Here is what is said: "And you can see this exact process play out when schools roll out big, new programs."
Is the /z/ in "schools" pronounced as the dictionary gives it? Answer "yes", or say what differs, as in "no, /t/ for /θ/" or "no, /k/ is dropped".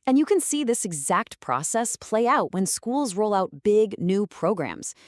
yes